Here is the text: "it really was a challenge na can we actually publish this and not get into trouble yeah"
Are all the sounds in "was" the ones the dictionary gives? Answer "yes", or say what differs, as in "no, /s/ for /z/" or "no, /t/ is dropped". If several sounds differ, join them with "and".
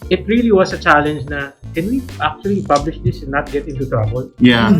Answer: no, /s/ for /z/